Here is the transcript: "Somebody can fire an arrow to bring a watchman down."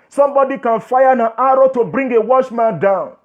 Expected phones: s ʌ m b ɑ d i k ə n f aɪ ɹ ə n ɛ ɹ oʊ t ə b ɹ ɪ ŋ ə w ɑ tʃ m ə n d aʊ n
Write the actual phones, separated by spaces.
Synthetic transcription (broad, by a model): s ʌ m b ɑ d i k ə n f aɪ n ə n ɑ ɹ oʊ t ə b ɹ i ŋ ə w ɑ ʃ m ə n d aʊ n